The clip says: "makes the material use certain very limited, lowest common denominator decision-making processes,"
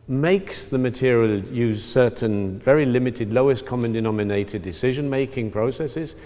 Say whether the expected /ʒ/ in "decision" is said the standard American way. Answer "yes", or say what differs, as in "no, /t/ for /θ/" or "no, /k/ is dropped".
yes